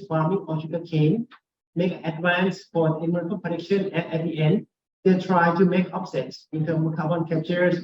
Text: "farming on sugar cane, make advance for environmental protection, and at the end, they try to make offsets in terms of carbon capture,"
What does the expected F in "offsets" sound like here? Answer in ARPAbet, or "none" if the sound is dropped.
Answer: P